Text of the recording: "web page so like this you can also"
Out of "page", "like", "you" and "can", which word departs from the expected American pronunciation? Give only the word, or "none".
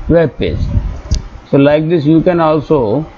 page